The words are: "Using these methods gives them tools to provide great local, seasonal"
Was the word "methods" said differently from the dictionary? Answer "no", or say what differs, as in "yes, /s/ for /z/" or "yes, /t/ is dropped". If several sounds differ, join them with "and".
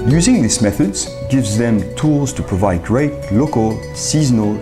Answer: no